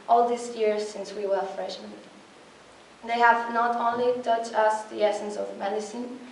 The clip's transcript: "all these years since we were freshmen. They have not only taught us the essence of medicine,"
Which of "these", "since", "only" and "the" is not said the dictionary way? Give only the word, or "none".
these